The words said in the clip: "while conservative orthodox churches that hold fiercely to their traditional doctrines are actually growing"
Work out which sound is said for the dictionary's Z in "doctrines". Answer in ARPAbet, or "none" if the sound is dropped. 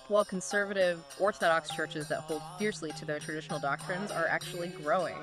Z